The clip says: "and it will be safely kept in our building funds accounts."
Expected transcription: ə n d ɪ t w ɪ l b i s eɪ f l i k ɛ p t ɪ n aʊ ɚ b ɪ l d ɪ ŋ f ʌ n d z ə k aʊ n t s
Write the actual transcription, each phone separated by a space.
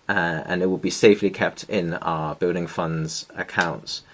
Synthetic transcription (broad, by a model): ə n ɪ t w ɪ l b i s eɪ f l i k ɛ p t ɪ n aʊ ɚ b ɪ l d ɪ ŋ f ʌ n d z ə k aʊ n t s